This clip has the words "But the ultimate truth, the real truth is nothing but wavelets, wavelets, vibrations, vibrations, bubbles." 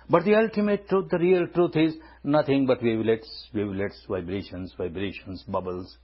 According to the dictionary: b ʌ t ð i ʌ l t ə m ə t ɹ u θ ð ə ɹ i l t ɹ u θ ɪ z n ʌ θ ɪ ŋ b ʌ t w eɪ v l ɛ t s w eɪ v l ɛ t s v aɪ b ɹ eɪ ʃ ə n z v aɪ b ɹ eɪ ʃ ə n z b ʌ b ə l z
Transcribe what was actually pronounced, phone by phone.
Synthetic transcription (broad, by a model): b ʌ t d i ʌ l t ə m ə t ɹ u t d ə ɹ i l t ɹ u t ɪ z n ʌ t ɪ ŋ b ʌ t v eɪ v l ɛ t s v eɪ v l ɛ t s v aɪ b ɹ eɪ ʃ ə n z v aɪ b ɹ eɪ ʃ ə n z b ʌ b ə l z